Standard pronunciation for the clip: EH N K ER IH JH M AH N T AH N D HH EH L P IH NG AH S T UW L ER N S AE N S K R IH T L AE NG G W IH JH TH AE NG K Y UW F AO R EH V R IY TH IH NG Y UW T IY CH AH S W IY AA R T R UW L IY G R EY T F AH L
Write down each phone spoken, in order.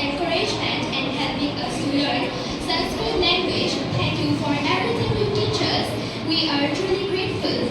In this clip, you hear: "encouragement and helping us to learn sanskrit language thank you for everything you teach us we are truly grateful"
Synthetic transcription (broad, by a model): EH K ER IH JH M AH N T AH N D HH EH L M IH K AH S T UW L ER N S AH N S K IH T L AE NG G W IH JH T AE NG K Y UW F AO R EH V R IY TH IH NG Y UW T IY CH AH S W IY AA R T R UW L IY G R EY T F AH L